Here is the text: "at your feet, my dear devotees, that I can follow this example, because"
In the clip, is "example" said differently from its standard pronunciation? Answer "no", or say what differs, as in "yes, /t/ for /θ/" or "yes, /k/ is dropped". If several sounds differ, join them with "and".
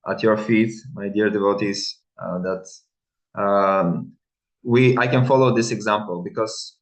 no